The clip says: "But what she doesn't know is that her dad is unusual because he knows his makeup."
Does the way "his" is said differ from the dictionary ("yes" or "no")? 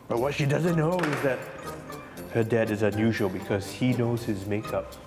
no